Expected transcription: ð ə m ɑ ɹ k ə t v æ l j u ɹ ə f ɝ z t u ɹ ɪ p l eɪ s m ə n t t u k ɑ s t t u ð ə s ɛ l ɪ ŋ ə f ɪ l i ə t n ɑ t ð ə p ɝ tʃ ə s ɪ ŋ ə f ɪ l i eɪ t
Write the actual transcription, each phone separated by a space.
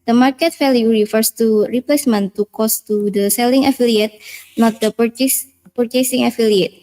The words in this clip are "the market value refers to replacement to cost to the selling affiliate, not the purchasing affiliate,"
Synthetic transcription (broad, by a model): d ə m ɑ ɹ k ə t f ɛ l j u ɹ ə f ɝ s t u ɹ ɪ p l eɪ s m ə n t t u k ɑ s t t u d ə s ɛ l ɪ ŋ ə f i l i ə t n ɑ t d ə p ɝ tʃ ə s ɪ ŋ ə f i l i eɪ t